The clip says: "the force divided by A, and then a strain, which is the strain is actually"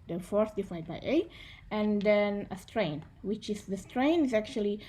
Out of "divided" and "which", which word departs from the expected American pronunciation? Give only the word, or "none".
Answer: divided